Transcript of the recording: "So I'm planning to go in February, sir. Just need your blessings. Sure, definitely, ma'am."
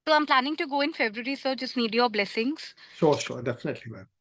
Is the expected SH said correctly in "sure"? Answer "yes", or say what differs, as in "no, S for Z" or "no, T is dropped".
no, S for SH